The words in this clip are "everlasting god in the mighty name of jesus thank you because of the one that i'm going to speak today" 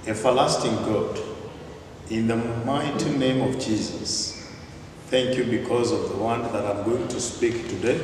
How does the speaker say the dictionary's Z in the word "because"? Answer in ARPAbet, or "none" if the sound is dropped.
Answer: Z